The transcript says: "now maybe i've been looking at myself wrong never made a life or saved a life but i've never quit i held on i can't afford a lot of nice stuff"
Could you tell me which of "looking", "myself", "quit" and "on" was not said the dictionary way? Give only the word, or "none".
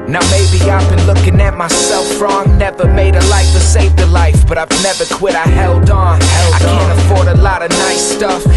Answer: on